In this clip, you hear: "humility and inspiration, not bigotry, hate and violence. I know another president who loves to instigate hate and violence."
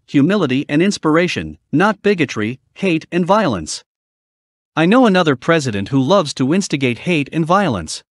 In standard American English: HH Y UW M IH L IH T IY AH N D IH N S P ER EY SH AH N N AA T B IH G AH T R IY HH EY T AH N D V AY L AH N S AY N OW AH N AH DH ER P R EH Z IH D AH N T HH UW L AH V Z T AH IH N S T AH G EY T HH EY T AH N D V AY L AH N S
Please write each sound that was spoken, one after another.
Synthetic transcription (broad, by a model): HH Y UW M IH L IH T IY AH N IH N S P ER EY SH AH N N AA T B IH G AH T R IY HH EY T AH N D V AY L AH N S AY N OW AH N AH DH ER P R EH Z IH D AH N T HH UW L AH V Z T AH IH N S T AH G EY T HH EY T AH N V AY L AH N S